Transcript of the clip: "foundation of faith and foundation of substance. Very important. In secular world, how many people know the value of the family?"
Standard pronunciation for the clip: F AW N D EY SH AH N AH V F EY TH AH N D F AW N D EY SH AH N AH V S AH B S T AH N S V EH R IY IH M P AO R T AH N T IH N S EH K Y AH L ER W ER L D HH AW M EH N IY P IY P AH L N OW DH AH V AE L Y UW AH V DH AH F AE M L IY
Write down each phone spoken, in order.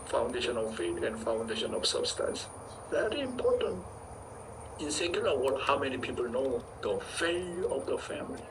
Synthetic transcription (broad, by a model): F AW N D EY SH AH N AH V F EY T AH N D F AW N D EY SH AH N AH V S AH B S T AH N S V EH R IY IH M P AO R T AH N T IH N S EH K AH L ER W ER D HH AW M EH N IY P IY P AH L N OW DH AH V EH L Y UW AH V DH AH F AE M L IY